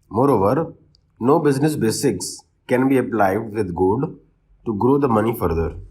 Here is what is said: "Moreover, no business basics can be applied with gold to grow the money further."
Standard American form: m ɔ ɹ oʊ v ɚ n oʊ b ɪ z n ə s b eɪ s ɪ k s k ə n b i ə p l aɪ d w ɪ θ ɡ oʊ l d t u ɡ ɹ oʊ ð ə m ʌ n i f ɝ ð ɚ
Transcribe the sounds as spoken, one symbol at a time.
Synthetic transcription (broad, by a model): m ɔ ɹ oʊ v ɚ n oʊ b ɪ z n ə s b eɪ s ɪ k s k ə n b i ə p l aɪ d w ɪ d ɡ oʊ d t u ɡ ɹ oʊ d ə m ʌ n i f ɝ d ɚ